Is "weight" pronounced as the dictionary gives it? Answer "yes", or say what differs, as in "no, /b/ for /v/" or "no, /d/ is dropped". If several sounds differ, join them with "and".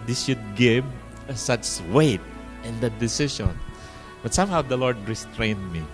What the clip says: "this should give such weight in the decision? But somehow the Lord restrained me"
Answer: yes